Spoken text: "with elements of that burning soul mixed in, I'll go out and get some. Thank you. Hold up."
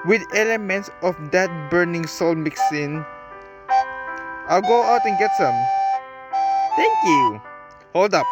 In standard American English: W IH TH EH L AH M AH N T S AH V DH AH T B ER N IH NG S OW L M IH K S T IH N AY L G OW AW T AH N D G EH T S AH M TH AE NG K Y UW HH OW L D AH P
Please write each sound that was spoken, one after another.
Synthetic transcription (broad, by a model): W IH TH EH L AH M AH N T S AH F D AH T B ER N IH NG S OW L M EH K S IH N AY L G OW AW T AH N G EH T S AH M T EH NG K Y UW HH OW L D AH P